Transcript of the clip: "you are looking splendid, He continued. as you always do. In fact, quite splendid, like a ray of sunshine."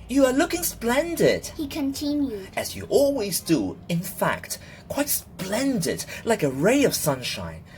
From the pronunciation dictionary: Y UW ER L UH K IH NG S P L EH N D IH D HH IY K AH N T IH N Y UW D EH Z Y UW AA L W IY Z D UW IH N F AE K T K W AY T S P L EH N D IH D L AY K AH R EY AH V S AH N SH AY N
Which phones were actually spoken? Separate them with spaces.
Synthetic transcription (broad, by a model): Y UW ER L UH K IH NG S P L EH N D IH D HH IY K AH N T IH N Y UW D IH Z Y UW AA L W IY Z D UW IH N F AE K T K W AY T S P L EH N D IH D L AY K AH R EY AH V S AH N SH AY N